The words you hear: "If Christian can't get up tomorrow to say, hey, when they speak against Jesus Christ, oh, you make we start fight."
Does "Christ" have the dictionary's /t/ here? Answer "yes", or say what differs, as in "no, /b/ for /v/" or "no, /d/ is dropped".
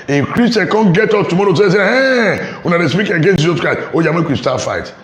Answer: no, /t/ is dropped